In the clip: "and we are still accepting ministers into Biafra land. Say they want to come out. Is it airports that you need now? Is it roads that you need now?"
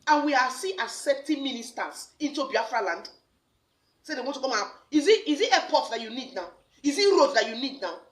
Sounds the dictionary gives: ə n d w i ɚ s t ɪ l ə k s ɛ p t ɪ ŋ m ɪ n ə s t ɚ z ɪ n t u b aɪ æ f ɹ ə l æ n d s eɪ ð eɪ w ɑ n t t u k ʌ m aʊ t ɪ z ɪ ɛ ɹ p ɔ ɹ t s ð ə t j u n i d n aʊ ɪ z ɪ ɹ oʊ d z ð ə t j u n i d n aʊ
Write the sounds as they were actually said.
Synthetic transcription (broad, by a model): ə n w i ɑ s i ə s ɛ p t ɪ m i n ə s t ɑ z ɪ n t u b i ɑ f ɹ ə l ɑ n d s eɪ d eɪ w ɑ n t t u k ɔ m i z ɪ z ɪ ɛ p ɔ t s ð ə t j u n i d n aʊ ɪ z ɪ ɹ oʊ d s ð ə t j u n i d n aʊ